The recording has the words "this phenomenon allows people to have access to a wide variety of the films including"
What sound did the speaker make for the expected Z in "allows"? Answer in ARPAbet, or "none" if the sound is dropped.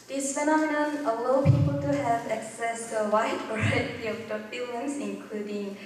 none